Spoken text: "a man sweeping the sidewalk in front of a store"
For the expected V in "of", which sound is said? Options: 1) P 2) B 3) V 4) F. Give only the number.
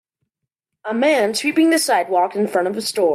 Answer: 3